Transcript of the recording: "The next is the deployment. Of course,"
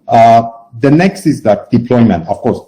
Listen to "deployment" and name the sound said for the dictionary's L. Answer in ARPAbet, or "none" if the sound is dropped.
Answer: L